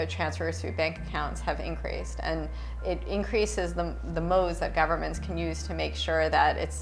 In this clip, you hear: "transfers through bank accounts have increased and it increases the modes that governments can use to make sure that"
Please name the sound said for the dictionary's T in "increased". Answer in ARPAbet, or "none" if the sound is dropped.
T